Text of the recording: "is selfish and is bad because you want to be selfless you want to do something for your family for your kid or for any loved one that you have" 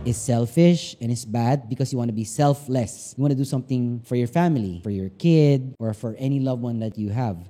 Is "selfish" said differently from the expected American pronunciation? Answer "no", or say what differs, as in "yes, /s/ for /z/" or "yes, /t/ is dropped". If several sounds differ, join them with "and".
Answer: no